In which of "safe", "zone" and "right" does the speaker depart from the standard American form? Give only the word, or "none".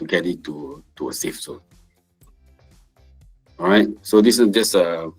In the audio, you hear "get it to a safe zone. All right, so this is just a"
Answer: zone